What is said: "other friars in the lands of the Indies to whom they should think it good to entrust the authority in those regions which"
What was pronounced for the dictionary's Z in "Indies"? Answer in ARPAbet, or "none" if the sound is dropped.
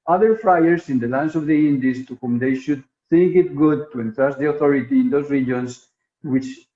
S